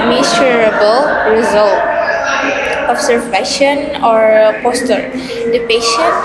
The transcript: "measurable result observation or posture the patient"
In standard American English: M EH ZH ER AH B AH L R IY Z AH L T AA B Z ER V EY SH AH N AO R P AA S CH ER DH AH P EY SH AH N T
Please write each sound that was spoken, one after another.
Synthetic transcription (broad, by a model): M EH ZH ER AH B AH L R IY Z AH L T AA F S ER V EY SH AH N AO R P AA S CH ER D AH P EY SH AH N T